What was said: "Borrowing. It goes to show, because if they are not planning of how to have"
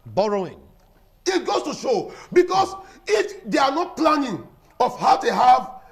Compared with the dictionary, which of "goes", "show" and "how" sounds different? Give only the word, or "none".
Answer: goes